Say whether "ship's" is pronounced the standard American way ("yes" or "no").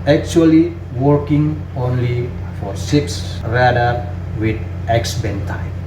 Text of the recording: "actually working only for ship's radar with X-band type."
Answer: no